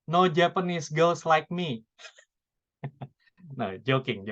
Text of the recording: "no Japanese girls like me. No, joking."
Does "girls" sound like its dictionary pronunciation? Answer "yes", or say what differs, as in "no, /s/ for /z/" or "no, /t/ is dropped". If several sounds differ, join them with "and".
no, /s/ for /z/